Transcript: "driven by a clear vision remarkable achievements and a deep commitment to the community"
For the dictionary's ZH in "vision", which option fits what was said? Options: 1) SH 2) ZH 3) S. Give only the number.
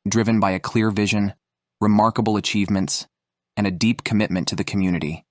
2